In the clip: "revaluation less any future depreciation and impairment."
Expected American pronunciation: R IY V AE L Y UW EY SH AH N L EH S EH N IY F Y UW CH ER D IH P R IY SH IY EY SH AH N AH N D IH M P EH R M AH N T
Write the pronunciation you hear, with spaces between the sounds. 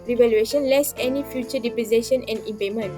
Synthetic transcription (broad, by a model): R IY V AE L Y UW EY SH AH N L EH S EH N IY F Y UW CH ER D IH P IY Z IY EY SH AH N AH N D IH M P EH M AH N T